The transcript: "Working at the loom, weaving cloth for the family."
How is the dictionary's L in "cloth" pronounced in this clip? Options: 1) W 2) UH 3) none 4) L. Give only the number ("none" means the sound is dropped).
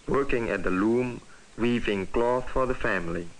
4